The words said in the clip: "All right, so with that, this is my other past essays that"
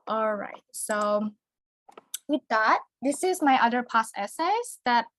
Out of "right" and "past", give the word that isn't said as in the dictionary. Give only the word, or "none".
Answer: past